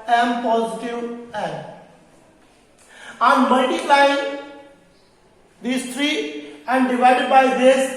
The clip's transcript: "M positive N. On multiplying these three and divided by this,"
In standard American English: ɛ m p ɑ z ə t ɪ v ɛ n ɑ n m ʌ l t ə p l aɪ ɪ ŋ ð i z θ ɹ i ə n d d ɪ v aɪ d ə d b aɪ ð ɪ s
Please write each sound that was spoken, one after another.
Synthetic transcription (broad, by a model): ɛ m p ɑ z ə t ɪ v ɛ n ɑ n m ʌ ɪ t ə l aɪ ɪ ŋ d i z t ɹ i ə n d d ɪ v aɪ d ə d b aɪ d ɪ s